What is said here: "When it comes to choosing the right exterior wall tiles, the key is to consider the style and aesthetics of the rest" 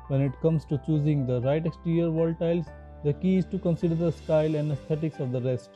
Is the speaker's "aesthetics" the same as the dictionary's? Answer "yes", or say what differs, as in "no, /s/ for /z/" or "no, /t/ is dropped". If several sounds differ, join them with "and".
no, /t/ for /θ/